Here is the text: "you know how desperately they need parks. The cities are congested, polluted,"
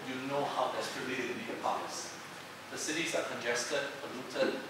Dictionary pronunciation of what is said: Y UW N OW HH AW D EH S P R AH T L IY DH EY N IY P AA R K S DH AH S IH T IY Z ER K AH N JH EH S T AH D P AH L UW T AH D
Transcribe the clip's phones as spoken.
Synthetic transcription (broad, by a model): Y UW N OW HH AW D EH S R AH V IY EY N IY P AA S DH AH S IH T IY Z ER K AH N JH EH S T AH D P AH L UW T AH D